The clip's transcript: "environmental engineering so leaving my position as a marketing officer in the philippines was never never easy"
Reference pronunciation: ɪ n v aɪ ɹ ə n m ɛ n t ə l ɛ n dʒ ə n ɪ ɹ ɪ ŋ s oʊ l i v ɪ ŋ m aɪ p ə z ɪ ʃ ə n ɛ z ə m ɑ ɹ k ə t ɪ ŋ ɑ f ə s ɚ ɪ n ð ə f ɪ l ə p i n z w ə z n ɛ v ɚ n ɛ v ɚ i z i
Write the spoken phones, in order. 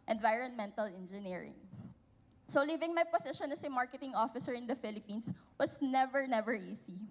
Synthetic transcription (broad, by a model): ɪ n v aɪ ɹ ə n m ɛ n t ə l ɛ n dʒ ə n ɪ ɹ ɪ ŋ s oʊ l i v ɪ ŋ m aɪ p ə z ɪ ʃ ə n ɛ s ə m ɑ ɹ k ə t ɪ ŋ ɑ f ə s ɚ ɪ n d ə f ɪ l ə p i n s w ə s n ɛ v ɚ n ɛ v ɚ i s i